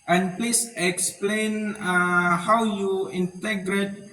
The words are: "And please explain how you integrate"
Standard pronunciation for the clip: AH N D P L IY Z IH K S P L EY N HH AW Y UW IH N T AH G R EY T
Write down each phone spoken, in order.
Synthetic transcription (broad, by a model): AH N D P L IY S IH K S P L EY N HH AW Y UW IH N T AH G R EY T